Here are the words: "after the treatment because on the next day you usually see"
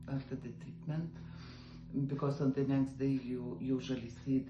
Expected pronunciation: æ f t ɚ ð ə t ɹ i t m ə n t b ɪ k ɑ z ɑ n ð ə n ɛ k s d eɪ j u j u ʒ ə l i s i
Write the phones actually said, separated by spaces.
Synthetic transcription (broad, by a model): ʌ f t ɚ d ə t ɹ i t m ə n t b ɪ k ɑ s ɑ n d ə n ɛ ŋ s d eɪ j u j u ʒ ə l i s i